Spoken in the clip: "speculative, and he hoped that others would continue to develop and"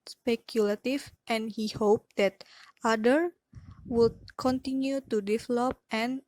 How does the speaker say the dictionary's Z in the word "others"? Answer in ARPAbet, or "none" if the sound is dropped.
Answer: none